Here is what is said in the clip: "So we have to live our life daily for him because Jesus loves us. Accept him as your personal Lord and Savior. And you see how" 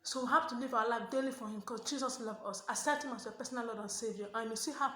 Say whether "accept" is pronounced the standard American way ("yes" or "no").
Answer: no